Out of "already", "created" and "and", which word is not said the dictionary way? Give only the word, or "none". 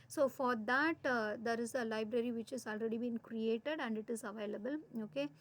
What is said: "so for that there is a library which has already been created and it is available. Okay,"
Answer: none